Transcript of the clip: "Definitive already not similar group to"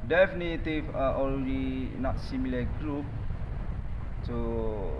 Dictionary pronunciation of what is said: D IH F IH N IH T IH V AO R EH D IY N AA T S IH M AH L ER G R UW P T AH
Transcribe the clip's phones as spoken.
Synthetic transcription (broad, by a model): D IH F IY N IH T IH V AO L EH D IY N AA T S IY M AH L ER G R UW P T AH